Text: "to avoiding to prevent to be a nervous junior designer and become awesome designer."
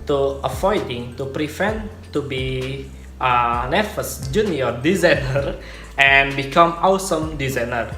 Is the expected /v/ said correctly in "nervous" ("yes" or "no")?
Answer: no